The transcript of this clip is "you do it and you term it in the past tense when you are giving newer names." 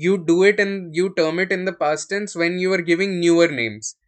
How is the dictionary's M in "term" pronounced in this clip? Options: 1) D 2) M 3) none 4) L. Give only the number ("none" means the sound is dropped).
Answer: 2